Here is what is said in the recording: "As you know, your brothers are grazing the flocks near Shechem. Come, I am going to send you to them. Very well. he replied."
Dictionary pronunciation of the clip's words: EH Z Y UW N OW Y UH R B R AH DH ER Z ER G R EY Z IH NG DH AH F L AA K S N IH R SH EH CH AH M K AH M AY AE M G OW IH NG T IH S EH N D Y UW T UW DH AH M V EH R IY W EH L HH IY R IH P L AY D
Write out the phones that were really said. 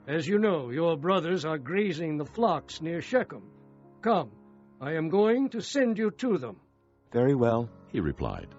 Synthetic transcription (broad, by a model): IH Z Y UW N OW Y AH R B R AH DH ER Z ER G R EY Z IH NG DH AH F L AA K S N IH R SH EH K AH M K AH M AY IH M G OW IH NG T IH S EH N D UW T UW DH AH M V EH R IY W EH L HH IY R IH P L AY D